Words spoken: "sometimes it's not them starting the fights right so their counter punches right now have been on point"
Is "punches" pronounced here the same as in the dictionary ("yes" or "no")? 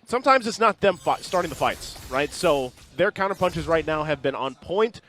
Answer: yes